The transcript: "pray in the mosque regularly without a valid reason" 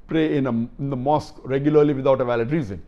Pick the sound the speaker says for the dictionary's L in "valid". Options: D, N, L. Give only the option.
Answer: L